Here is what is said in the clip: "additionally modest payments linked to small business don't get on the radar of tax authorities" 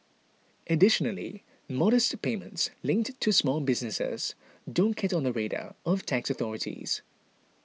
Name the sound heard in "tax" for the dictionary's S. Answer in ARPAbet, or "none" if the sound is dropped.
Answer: S